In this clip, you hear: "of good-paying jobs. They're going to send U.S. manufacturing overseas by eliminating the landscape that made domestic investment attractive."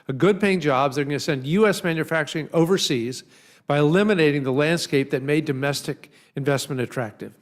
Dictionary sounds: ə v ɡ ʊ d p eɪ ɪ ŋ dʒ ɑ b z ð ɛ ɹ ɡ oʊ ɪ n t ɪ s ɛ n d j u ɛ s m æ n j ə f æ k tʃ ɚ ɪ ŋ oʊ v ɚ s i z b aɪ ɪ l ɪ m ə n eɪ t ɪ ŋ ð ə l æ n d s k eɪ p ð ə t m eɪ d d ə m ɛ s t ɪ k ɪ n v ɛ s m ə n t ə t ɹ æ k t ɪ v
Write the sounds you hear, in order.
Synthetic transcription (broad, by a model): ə ɡ ʊ d p eɪ ɪ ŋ dʒ ɑ b z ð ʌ ɹ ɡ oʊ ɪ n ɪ s ɛ n d j u ɛ s m æ n j ə f æ k tʃ ɚ ɪ ŋ oʊ v ɚ s i z b aɪ ɪ l ɪ m ə n eɪ t ɪ ŋ ð ə l æ n d s k eɪ p ð ə t m eɪ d d ə m ɛ s t ɪ k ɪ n v ɛ s m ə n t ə t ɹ æ k t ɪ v